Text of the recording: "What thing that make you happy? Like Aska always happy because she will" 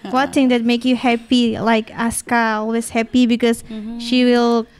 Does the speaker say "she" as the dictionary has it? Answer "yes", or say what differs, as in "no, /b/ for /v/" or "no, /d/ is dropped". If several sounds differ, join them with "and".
yes